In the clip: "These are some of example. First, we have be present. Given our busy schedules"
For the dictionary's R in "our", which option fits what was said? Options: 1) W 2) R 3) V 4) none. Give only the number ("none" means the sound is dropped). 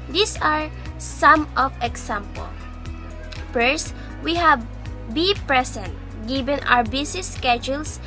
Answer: 1